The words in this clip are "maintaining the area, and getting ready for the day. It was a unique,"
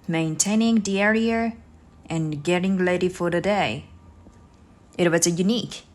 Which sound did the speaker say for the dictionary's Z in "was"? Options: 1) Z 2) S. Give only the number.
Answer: 2